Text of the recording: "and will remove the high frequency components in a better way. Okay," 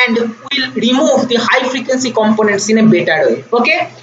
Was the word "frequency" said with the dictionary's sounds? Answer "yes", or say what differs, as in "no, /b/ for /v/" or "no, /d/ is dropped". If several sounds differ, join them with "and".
yes